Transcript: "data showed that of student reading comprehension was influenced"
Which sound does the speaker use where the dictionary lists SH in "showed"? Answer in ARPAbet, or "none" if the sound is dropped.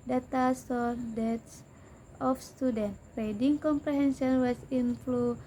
S